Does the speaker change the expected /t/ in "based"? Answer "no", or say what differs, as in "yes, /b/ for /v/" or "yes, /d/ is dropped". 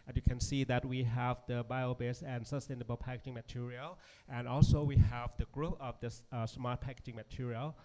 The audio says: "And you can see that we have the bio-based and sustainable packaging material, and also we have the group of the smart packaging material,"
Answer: yes, /t/ is dropped